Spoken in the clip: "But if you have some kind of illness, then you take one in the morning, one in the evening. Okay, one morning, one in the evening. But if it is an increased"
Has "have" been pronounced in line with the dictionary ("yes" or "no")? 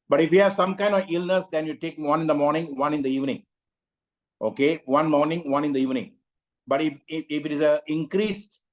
yes